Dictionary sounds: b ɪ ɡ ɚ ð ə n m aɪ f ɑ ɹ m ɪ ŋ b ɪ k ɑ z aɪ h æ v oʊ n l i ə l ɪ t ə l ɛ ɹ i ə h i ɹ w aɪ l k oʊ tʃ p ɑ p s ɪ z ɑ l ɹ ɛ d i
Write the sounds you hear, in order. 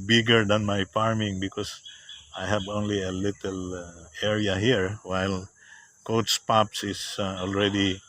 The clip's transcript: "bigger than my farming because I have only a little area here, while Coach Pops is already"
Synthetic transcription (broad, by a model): b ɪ ɡ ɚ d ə n m aɪ f ɑ ɹ m ɪ ŋ b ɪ k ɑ s aɪ h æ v oʊ n l i ə l ɪ t ə l ɛ ɹ i ə h i ɹ w aɪ l k oʊ s p ɑ p s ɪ s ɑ l ɹ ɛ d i